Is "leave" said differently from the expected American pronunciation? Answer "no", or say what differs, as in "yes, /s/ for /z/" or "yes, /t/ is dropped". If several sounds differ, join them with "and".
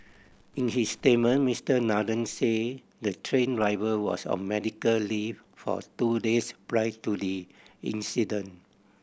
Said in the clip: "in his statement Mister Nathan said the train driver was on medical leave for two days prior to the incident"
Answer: yes, /f/ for /v/